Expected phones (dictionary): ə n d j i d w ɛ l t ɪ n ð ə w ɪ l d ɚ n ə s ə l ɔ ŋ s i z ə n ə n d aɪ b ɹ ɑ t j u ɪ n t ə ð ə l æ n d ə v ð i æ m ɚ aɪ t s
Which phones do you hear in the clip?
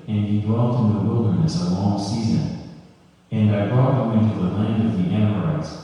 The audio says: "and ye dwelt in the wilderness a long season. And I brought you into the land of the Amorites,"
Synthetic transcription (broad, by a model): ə n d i d w ɛ l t ɪ n ð ə w ɪ l d ɚ n ə s ə l ɔ ŋ s i z ə n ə n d aɪ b ɹ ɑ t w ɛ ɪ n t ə ð ə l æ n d ə v ð i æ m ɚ aɪ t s